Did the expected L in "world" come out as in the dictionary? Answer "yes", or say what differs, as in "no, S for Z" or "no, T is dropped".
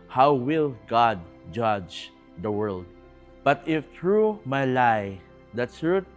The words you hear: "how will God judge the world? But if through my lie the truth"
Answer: yes